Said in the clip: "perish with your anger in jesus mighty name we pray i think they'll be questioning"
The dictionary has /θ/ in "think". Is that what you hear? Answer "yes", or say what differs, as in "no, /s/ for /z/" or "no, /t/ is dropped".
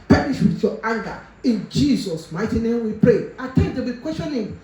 no, /t/ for /θ/